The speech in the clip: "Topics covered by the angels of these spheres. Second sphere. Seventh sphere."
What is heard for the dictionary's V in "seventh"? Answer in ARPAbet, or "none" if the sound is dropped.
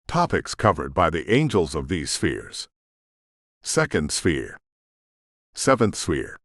V